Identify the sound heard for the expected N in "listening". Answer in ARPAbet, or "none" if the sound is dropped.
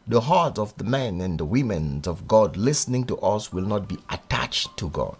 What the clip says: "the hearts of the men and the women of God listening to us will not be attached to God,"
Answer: N